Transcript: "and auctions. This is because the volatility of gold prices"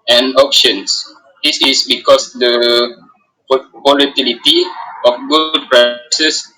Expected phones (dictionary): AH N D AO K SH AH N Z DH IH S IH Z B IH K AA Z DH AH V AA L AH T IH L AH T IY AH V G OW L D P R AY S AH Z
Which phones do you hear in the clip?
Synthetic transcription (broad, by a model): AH N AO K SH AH N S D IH S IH S B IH K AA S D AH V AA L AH T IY L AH T IY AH F G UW D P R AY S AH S